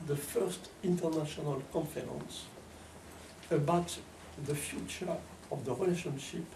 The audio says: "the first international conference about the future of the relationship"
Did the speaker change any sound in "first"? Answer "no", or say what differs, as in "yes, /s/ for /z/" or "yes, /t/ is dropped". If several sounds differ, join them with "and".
no